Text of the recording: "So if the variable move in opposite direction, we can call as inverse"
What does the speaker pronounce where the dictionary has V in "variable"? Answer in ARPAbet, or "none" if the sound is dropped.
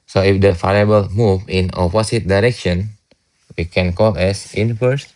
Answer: F